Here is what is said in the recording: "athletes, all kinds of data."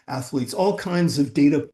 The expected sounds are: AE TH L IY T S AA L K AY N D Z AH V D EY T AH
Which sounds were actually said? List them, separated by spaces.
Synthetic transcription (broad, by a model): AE TH L IY T S AA L K AY N D Z AH V D EY T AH